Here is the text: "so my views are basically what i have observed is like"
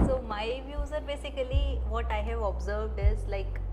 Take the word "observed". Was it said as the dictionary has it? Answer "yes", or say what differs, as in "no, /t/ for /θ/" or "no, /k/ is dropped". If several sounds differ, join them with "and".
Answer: yes